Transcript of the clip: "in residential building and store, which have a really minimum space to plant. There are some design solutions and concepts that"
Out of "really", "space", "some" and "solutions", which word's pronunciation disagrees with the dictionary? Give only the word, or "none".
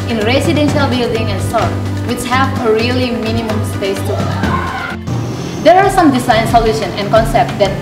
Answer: solutions